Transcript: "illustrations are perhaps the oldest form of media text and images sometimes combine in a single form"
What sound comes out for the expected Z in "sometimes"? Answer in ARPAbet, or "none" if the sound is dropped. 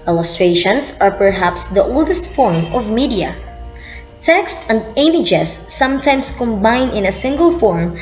S